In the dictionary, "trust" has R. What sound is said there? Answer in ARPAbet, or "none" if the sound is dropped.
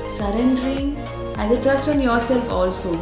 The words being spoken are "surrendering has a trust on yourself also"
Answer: none